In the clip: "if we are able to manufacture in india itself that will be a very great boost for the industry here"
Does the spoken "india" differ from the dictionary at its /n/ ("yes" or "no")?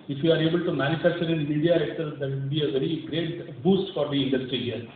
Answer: yes